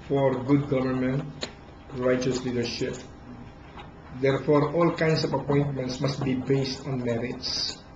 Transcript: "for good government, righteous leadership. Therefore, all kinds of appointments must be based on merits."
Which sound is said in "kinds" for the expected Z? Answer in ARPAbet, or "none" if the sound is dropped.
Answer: S